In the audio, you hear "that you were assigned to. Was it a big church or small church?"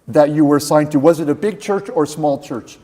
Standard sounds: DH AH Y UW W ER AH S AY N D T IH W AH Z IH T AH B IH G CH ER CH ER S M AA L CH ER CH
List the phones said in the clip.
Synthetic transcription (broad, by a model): DH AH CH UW W ER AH S AY N T IH W AH Z IH T AH B IH G CH ER CH ER S M AA L CH ER CH